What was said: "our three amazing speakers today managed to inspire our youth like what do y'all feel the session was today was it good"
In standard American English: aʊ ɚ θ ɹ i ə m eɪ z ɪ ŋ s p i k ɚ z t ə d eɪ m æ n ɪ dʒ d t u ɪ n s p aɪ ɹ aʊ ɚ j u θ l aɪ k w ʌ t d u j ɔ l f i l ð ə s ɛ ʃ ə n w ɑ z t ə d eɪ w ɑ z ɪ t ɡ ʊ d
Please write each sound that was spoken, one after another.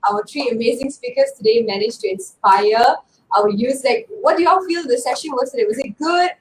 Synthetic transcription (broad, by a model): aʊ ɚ t ɹ i ə m eɪ z ɪ ŋ s p i k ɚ s t ə d eɪ m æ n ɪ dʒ t u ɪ n s p aɪ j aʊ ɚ j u s l aɪ k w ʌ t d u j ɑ f i l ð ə s ɛ ʃ ə n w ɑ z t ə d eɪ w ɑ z ɪ t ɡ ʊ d